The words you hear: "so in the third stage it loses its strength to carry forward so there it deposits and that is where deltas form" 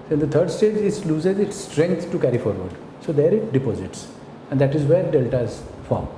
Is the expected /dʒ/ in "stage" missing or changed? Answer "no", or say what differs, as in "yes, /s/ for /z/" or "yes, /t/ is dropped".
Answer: no